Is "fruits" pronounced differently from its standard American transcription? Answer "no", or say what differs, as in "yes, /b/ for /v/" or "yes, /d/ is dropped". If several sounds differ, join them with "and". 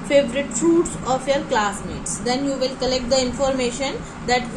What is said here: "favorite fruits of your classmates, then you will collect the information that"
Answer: yes, /ɹ/ is dropped